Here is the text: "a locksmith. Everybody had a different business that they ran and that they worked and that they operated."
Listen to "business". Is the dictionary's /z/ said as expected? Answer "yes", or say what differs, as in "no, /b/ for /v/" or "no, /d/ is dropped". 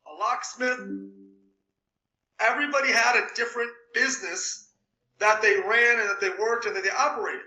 yes